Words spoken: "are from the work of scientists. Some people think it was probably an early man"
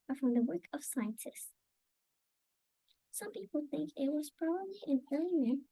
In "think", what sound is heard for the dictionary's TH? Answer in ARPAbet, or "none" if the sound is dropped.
TH